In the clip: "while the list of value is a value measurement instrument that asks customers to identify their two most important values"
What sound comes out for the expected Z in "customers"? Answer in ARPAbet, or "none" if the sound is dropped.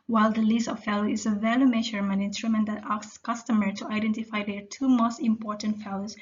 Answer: none